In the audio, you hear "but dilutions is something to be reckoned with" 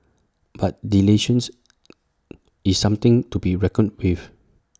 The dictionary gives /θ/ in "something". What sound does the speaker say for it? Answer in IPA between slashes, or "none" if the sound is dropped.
/t/